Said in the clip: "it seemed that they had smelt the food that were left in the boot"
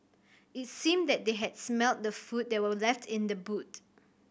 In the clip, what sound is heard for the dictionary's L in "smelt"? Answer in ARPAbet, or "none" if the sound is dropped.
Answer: L